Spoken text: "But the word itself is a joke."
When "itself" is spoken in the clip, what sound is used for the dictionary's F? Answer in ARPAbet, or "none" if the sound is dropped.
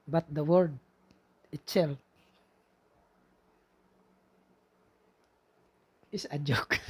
none